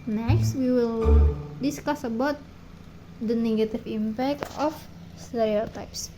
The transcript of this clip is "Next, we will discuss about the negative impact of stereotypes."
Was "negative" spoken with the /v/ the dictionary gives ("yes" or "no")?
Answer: no